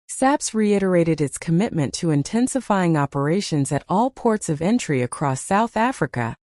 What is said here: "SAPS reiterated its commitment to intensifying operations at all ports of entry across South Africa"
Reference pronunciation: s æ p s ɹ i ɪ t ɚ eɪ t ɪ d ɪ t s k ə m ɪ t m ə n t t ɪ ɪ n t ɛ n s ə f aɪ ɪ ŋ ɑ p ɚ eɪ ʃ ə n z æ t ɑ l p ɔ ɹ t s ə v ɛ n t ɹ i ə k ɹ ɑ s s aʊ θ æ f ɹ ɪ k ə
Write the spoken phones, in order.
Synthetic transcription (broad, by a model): s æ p s ɹ i ɪ t ɚ eɪ t ɪ d ɪ t s k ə m ɪ t m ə n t t ɪ ɪ n t ɛ n s ə f aɪ ɪ ŋ ɑ p ɚ eɪ ʃ ə n z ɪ t ɑ l p ɔ ɹ t s ə v ɛ n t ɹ i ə k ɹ ɑ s s aʊ θ æ f ɹ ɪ k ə